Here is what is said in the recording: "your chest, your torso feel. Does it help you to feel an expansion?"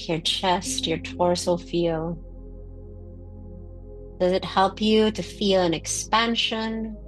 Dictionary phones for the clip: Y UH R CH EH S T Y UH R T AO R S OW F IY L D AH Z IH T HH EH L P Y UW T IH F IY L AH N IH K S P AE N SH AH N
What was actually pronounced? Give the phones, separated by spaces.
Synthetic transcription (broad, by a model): Y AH R CH EH S T Y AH R T AO R S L F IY L D AH Z IH T HH EH L P Y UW T IH F IY L AH N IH K S P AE N SH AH N